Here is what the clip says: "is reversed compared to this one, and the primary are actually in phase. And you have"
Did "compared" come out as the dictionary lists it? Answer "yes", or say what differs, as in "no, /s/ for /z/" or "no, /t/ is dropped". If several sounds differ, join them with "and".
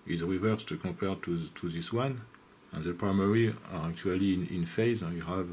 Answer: no, /m/ is dropped